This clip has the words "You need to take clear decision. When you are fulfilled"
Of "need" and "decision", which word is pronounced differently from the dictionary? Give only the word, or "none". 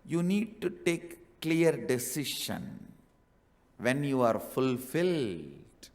decision